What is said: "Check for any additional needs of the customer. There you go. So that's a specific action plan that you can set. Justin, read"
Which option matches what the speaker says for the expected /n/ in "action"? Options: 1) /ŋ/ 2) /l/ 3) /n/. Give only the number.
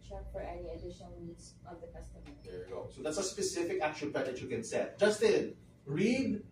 2